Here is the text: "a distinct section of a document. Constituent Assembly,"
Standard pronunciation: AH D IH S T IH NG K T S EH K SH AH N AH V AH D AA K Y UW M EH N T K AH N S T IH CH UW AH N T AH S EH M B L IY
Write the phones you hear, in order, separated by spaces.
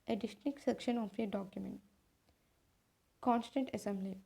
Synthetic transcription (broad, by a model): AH D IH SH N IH K S EH K SH AH N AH F AH D AA K Y UW M EH N T K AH N S T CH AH N T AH S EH M B L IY